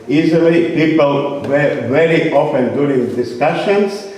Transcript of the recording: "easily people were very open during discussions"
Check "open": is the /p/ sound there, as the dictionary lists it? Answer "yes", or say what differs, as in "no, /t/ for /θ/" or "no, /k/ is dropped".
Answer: no, /f/ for /p/